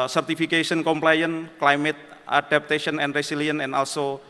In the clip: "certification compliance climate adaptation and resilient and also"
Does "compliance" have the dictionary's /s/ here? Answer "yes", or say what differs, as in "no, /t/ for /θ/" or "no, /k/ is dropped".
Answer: no, /s/ is dropped